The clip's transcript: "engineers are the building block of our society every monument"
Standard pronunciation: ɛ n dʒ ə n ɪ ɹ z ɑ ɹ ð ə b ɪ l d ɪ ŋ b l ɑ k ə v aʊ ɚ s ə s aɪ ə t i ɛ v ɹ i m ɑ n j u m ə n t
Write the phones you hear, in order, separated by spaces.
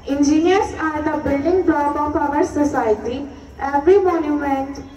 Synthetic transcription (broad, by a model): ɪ n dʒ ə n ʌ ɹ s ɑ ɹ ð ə b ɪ l d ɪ ŋ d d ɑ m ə p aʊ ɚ s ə s aɪ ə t i ɛ v ɹ i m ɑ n j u m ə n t